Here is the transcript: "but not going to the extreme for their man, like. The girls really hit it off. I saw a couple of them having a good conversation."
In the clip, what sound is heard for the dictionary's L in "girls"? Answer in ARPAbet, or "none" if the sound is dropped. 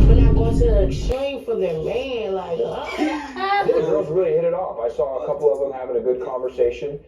none